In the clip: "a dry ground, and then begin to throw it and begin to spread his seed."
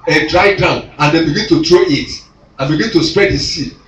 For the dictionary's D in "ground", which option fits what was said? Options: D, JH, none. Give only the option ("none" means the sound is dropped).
none